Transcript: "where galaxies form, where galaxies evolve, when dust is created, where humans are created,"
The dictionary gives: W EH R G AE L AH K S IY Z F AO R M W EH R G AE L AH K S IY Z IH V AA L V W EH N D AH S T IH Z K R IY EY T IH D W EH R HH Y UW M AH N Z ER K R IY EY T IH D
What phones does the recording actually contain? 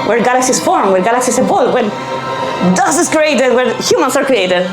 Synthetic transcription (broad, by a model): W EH R G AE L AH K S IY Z F AO R M W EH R G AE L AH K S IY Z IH B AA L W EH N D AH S IH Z K R IY EY T IH D W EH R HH Y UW M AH N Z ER K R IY EY T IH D